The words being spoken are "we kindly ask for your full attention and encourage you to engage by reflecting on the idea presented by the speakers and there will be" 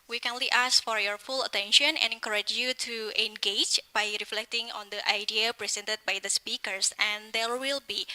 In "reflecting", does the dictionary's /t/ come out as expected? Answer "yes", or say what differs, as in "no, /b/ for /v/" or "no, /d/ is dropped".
yes